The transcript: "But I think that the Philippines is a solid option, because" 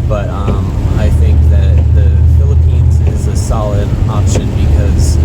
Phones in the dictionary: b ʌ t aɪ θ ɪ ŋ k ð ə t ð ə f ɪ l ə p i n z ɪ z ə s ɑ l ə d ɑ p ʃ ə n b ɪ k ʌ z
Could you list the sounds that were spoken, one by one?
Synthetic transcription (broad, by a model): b ʌ t aɪ θ ɪ ŋ k ð ə t ð ə f ɪ l ə p i n z ɪ z ə s ɑ l ə d ɑ p ʃ ə n b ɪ k ʌ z